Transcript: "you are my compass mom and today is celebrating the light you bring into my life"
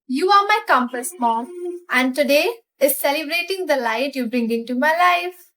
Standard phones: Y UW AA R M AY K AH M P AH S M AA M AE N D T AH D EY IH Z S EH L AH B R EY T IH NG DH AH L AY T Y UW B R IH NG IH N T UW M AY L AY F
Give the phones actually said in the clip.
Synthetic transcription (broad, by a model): Y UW AA R M AY K AH M P AH S M AA M AE N D T AH D EY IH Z S EH L AH B R EY T IH NG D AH L AY T Y UW B R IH NG IH N T UW M AY L AY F